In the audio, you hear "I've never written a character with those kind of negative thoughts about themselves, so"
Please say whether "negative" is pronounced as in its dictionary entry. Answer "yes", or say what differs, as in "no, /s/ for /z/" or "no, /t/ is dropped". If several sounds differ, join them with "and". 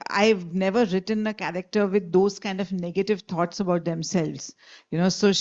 yes